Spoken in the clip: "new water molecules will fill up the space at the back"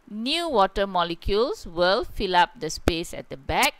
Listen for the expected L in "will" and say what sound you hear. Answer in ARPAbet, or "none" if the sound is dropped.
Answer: L